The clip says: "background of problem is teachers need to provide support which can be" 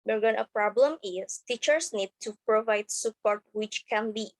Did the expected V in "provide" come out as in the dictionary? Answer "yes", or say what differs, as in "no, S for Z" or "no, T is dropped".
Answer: yes